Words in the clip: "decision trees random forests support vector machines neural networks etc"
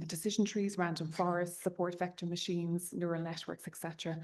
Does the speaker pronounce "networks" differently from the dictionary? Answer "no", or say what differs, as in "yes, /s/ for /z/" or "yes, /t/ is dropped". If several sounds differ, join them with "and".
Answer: no